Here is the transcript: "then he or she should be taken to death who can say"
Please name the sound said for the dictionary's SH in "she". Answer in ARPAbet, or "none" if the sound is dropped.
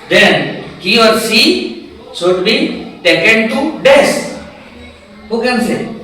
S